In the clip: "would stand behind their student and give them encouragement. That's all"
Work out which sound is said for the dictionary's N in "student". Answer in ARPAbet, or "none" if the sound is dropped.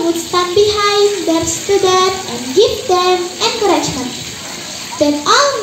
none